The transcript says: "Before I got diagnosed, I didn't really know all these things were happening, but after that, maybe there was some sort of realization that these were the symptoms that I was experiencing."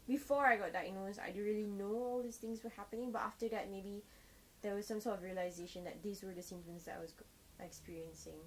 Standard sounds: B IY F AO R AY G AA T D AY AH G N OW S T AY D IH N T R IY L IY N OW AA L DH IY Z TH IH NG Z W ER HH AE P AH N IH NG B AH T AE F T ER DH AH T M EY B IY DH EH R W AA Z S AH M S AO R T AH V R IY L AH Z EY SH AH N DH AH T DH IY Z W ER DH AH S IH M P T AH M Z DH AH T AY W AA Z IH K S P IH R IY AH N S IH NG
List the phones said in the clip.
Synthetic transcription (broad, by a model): B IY F AO R AY G AA T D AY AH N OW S AY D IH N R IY L IY N OW AA L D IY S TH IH NG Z W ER HH AE P AH N IH NG B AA T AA F T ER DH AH T M EY B IY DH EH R W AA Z S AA M S AO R T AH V R IY L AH Z EY SH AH N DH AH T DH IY S W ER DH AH S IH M T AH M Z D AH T AY W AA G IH K S P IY R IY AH N S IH NG